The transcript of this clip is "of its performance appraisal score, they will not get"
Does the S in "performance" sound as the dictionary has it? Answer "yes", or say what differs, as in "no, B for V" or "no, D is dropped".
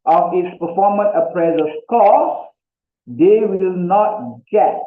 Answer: no, S is dropped